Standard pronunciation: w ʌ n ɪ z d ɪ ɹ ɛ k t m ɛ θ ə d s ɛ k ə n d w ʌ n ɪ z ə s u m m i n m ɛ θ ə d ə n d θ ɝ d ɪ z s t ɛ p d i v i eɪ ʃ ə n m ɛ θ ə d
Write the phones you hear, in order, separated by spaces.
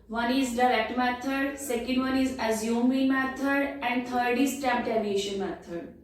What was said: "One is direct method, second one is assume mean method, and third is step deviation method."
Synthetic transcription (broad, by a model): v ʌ n ɪ z d ɪ ɹ ɛ k t m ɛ t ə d s ɛ k ə n d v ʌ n ɪ z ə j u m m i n m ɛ t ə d ə n d t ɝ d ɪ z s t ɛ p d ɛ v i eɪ ʃ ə n m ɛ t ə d